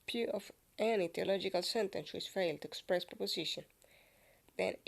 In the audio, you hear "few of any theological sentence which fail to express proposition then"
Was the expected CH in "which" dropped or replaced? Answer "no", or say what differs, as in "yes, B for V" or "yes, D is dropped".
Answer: yes, S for CH